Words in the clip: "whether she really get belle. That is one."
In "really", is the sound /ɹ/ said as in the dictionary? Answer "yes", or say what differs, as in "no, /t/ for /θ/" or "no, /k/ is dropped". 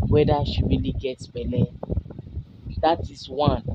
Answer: no, /w/ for /ɹ/